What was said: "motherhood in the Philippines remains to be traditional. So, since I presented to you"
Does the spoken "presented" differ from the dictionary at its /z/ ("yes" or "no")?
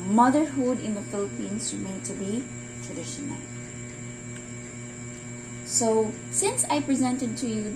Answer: no